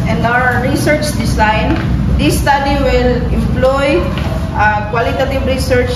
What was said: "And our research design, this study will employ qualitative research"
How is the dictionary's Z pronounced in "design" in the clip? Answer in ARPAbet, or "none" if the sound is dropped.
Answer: S